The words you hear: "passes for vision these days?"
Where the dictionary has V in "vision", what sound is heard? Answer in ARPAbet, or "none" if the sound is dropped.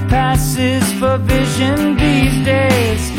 V